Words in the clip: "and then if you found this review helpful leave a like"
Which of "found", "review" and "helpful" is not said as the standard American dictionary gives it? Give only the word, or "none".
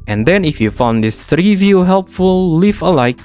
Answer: none